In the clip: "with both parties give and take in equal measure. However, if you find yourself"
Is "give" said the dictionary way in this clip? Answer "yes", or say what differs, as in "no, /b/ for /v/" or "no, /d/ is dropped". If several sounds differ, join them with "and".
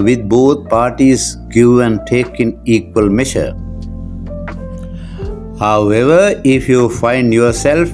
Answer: no, /v/ is dropped